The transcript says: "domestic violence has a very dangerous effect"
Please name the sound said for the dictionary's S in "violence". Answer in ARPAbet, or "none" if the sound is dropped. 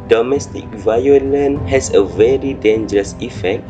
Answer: none